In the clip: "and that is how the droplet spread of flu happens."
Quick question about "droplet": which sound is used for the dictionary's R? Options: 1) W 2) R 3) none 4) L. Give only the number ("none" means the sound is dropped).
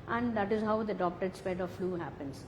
3